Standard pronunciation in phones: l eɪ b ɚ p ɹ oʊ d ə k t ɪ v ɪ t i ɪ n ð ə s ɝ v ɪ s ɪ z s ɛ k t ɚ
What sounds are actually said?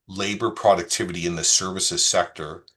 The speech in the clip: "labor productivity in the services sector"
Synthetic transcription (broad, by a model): l eɪ b ɚ p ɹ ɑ d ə k t ɪ v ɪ t i ɪ n ð ə s ɝ v ɪ s ɪ z s ɛ k t ɚ